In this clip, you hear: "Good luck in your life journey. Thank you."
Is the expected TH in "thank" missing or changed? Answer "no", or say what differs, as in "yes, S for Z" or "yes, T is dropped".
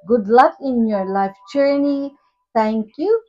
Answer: yes, T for TH